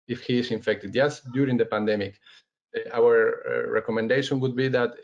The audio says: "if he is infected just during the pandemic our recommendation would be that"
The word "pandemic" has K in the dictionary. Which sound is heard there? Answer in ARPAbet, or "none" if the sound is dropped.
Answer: K